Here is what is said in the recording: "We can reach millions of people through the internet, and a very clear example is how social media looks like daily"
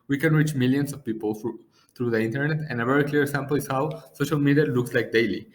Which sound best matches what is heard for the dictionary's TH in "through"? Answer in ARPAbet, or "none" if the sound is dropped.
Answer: T